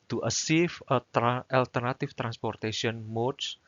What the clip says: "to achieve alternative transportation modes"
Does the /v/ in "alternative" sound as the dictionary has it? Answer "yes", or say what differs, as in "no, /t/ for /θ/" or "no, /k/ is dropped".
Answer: no, /f/ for /v/